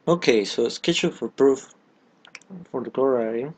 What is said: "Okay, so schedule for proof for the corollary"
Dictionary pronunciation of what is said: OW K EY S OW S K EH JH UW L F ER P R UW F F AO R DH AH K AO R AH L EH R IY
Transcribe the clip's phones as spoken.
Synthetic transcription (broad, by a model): OW K EY S OW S K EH CH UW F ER P R UW F F AO R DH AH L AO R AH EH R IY